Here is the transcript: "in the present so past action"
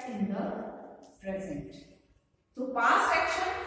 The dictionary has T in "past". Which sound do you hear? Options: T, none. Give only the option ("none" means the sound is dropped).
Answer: none